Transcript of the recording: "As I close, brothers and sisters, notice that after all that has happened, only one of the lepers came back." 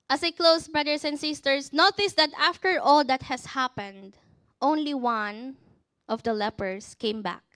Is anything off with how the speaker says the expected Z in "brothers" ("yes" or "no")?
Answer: yes